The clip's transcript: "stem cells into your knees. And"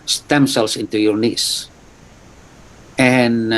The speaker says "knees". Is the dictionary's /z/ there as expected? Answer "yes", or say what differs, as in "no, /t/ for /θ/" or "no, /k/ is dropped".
no, /s/ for /z/